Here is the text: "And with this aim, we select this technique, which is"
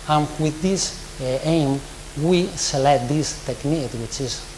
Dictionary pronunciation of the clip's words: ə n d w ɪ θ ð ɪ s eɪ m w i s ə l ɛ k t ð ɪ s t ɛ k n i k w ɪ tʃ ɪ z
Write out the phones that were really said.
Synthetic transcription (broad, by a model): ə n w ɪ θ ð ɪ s eɪ m w i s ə l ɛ t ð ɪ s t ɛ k n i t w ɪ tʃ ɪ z